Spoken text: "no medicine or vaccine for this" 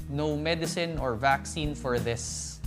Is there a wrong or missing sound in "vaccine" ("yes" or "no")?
no